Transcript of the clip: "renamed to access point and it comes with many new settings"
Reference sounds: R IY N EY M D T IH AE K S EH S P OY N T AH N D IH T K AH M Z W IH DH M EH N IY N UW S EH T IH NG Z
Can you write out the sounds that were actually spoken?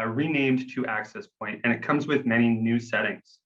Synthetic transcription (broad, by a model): R IY N EY M T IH AE K S EH S P OY N T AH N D IH T K AH M Z W IH DH M EH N IY N UW S EH T IH NG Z